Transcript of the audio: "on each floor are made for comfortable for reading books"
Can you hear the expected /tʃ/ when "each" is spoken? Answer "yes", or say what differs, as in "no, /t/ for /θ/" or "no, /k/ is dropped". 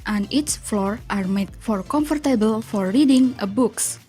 no, /s/ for /tʃ/